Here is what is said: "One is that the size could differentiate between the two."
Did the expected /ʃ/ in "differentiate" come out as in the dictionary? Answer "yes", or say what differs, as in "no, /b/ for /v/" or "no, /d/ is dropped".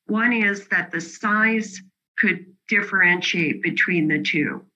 yes